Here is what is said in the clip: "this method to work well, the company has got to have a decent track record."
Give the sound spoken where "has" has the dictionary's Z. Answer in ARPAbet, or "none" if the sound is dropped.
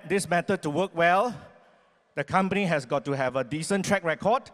S